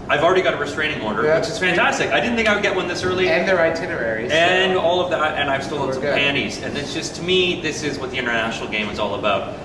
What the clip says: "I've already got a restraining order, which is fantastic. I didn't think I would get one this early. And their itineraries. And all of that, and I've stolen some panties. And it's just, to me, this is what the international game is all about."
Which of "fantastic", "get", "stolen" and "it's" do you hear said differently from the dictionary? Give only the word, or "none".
stolen